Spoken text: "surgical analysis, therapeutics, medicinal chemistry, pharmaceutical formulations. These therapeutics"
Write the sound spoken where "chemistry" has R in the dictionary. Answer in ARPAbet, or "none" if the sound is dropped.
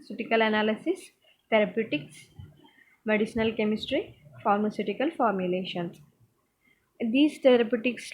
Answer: R